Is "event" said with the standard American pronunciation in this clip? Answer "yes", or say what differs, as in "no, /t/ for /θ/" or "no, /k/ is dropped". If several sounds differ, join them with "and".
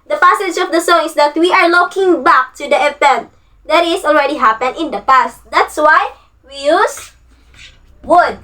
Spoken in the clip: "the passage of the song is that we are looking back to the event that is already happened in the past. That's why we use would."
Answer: no, /p/ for /v/